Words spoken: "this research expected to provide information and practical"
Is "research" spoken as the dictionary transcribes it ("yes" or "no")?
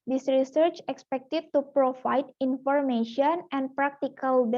yes